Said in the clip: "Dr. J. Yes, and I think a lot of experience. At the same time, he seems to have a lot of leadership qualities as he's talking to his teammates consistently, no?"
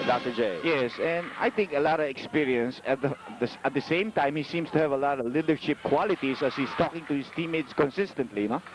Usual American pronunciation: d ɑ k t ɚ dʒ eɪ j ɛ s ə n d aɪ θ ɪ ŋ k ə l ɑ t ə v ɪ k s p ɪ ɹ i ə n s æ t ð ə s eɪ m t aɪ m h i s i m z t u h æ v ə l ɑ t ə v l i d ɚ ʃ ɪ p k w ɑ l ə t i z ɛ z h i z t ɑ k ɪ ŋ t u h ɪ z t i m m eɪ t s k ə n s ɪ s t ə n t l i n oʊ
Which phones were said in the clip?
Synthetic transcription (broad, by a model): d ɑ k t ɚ dʒ eɪ j ɛ s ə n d aɪ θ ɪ ŋ k ə l ɑ t ə v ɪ k s p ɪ ɹ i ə n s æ t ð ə s eɪ m t aɪ m h i s i m s t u h æ v ə l ɑ t ə v l i d ɚ ʃ ɪ p k w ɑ l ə t i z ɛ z h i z t ɑ k ɪ ŋ t u h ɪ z t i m m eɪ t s k ə n s ɪ s t ə n t l i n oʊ